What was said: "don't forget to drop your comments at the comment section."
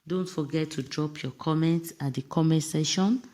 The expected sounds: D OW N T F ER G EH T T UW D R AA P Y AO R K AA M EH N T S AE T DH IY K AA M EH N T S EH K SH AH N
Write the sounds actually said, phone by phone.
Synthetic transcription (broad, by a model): D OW N T F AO G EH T T UW D R AA P Y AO K AA M EH N T S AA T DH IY K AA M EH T S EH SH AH N